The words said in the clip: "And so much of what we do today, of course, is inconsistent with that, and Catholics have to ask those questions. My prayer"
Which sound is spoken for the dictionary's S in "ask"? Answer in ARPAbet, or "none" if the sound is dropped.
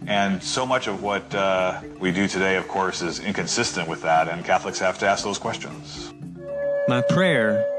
S